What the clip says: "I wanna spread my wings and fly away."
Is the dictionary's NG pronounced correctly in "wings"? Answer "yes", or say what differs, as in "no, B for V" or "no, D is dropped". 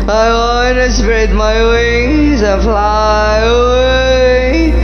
no, NG is dropped